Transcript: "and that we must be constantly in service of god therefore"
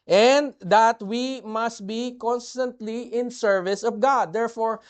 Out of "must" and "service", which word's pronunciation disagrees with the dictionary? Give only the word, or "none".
none